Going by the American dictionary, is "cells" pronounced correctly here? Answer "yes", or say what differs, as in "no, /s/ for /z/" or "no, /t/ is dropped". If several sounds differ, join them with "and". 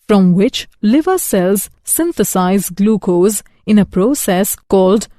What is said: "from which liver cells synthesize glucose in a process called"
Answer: yes